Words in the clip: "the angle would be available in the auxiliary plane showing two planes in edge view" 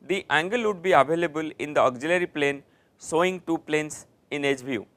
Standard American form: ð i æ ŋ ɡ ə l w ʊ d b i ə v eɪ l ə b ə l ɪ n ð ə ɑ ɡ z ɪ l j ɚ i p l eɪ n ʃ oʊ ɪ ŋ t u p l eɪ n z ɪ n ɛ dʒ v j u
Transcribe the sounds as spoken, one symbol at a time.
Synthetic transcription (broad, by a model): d i æ ŋ ɡ ə l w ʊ d b i ə v eɪ l ə b ə l ɪ n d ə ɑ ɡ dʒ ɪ l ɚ i p l eɪ n s oʊ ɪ ŋ t u p l eɪ n s ɪ n ɛ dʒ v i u